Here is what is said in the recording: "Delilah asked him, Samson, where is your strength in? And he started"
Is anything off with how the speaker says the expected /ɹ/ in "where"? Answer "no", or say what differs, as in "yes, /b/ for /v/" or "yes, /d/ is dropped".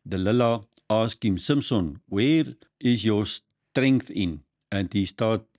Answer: no